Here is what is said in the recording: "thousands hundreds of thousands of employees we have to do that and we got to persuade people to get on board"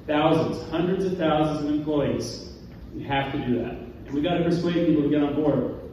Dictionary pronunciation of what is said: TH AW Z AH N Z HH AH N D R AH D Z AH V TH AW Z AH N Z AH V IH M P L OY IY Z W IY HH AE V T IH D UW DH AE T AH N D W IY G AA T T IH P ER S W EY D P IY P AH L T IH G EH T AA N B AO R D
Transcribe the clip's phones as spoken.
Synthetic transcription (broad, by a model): TH AW Z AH N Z HH AH N D R AH D Z AH V TH AW Z AH N Z AH V IH M P L OY IY Z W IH HH AE F T IH D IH DH AE T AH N W IY G AA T T IH P ER S W EY D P IY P L T IH G EH T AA N B AO R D